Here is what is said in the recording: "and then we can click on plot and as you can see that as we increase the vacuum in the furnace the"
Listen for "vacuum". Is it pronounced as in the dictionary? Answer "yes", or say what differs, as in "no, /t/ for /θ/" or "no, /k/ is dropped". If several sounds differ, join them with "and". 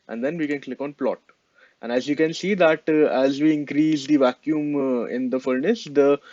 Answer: yes